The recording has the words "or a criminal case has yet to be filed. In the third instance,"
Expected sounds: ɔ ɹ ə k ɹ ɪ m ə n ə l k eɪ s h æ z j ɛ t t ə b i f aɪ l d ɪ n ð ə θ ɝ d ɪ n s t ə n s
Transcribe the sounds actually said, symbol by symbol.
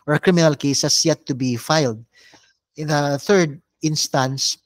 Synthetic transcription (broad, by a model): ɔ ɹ ə k ɹ ɪ m ə n ə l k eɪ s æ s j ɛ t t ə b i f aɪ l d ɪ n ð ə θ ɝ d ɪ n s t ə n s